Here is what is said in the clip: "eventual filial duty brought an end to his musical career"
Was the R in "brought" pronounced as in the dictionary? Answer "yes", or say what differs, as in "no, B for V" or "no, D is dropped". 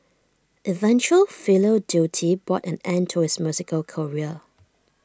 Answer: no, R is dropped